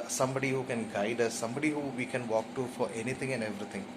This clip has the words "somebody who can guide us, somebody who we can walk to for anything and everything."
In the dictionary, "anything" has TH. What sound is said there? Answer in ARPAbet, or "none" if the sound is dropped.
T